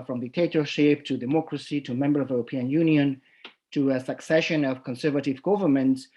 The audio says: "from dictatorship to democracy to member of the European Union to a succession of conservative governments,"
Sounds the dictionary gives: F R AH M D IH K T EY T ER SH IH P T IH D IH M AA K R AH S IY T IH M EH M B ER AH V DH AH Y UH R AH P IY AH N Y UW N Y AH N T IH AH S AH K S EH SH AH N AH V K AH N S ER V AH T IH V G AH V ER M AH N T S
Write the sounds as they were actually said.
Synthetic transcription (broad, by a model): F R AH M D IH K T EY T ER SH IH P T IH D IH M AA K R AH S IY T IH M EH M B ER AH V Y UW R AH P IY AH N Y UW N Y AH N T IH AH S AH K S EH SH AH N AH V K AH N S ER V AH T IH V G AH V ER M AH N T S